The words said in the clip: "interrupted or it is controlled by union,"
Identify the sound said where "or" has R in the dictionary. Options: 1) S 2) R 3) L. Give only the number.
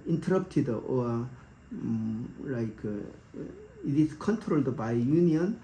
3